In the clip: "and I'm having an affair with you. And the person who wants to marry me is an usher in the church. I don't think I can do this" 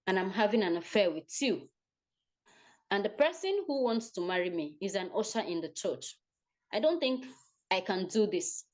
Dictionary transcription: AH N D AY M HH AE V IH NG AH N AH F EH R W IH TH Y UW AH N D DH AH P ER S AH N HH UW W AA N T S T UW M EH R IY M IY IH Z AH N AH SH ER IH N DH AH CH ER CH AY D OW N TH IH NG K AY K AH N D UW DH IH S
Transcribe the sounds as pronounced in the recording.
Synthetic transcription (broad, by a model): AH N AY M HH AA V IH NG AH N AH F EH W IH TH Y UW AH N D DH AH P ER S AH N HH UW W AA N T S T UW M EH R IY M IY IH Z AH N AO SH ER IH N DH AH CH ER CH AY D OW N TH IH NG K AY K AH N D UW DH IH S